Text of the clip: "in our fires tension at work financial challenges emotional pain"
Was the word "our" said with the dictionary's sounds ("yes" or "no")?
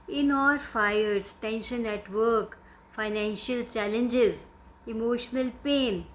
no